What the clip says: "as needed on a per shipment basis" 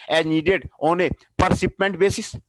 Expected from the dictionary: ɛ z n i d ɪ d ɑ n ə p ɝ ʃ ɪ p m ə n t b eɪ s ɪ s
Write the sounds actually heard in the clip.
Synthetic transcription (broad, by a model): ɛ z n i d ɪ d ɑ n ə p ɝ s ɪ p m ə n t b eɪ s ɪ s